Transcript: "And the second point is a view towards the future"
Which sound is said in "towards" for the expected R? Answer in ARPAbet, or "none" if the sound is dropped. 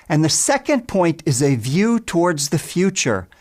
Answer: R